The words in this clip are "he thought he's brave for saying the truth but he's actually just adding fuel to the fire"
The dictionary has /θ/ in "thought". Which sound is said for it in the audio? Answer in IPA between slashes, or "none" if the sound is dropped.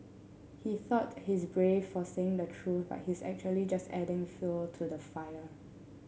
/θ/